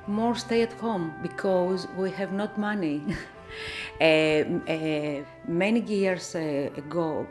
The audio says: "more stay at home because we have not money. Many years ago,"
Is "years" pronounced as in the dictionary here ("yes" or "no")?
no